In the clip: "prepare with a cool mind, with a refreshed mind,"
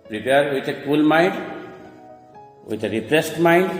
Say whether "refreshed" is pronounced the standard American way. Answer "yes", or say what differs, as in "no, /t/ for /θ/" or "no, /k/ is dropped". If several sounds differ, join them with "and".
no, /p/ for /f/ and /s/ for /ʃ/